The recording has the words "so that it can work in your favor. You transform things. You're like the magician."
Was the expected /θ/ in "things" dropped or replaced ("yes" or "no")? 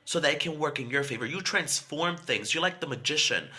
no